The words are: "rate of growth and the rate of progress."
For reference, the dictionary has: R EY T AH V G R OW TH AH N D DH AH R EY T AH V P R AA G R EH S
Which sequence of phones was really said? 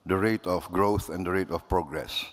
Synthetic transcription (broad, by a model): R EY T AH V G R OW TH AH N D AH R EY T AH F P R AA G R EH S